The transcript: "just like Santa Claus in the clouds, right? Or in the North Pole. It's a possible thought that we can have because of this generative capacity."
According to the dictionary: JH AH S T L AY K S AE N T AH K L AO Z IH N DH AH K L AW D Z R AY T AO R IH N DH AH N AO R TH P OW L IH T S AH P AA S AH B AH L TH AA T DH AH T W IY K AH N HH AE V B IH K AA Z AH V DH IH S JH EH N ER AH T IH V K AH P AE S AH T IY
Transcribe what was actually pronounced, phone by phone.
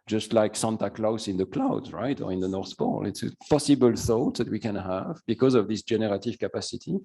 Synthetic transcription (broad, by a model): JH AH S T L AY K S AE N T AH K L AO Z IH N DH AH K L AW D Z R AY T AO R IH N DH AH N AO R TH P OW L IH T S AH P AA S AH B AH L TH AA T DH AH T W IY K AH N HH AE V B IH K AA Z AH V DH IH S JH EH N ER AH T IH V K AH P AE S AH T IY